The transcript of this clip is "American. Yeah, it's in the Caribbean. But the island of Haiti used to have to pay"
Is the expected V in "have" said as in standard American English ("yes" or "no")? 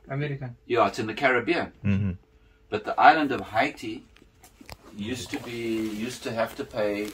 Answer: no